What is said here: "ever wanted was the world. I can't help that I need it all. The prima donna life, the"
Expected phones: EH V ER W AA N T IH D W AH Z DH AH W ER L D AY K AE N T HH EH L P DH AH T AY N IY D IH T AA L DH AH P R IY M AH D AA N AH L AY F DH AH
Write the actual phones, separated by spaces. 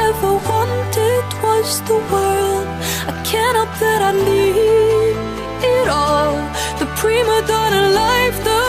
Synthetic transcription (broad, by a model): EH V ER W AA N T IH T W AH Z DH AH W ER L D AY K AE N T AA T DH AH T AY L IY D IH T AA L DH AH P R IY M AH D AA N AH L AY F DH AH